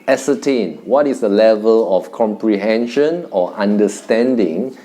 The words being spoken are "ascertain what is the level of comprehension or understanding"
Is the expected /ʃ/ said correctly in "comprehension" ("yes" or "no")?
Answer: yes